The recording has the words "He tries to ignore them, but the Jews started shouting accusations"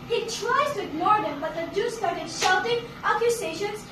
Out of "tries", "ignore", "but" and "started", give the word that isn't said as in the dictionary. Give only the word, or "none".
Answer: none